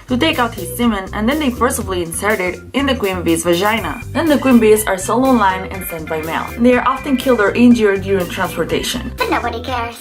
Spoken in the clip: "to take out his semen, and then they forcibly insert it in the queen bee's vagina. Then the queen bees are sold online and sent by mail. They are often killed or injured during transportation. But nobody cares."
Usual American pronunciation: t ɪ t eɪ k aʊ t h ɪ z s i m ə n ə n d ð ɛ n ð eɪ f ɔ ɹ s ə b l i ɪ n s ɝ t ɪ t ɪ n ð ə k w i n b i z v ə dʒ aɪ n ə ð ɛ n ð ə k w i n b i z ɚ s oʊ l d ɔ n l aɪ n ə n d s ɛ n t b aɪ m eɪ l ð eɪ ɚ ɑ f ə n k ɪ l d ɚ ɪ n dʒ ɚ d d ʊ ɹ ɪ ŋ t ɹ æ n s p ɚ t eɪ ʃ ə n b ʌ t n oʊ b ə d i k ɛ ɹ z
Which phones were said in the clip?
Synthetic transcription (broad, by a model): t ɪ t eɪ k aʊ t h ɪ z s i m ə n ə n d ð ɛ n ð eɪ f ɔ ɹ s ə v l i ɪ n s ɝ t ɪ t ɪ n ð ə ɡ w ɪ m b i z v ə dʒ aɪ n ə ð ɛ n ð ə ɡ w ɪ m b i z ɚ s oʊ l ɔ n l aɪ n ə n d s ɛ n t b aɪ m eɪ l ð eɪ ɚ ɑ f ə n k ɪ l d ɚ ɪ n dʒ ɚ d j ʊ ɹ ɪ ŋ t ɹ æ n s p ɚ t eɪ ʃ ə n b ʌ t n oʊ b ə d i k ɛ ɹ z